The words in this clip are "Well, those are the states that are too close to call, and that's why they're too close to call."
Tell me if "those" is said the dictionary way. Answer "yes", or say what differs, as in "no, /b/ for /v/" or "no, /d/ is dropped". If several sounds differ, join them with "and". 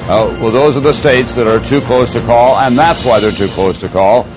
yes